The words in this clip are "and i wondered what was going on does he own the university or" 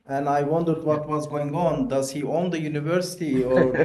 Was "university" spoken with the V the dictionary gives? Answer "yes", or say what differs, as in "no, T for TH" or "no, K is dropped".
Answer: yes